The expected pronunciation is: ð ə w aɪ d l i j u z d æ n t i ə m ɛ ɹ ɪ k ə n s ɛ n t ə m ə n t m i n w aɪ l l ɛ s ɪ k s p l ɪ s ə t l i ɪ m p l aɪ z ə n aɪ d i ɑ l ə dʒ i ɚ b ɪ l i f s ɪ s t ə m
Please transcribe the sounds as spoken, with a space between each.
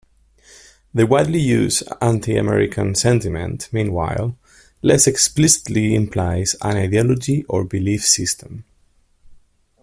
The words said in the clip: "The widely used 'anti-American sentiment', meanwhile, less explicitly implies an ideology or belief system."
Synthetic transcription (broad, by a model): ð ə w aɪ d l i j u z æ n t i ə m ɛ ɹ ɪ k ə n s ɛ n t ə m ə n t m i n w aɪ l l ɛ s ɪ k s p l ɪ s ə t l i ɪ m p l aɪ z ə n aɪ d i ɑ l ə dʒ i ɚ b ɪ l i f s ɪ s t ə m